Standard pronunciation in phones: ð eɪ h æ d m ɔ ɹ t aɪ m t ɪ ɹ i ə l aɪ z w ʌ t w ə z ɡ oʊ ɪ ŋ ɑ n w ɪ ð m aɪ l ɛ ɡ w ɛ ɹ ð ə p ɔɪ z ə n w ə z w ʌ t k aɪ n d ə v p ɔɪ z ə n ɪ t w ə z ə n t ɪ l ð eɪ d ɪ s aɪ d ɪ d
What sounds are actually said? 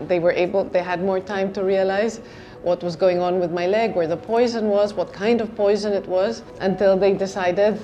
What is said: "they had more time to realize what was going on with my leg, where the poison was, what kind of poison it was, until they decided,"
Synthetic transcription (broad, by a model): ð eɪ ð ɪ d m ɔ ɹ t aɪ m t ɪ ɹ i ə l aɪ z w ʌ t w ə z ɡ oʊ ɪ ŋ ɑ n w ɪ ð m aɪ l ɛ ɡ w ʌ ɹ ð ə p ɔɪ z ə n w ə z w ʌ t k aɪ n d ə v p ɔɪ z ə n ɪ t w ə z ə n t ɪ l ð eɪ d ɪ s aɪ d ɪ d